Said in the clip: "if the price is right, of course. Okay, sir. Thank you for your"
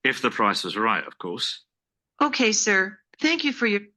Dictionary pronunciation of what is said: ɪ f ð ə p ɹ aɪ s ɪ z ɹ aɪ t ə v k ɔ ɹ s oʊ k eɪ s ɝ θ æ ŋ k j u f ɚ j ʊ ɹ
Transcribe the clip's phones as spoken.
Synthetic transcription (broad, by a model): ɪ f ð ə p ɹ aɪ s ɪ z ɹ aɪ t ə v k ɔ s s oʊ k eɪ s ɝ θ æ ŋ k j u f ɚ j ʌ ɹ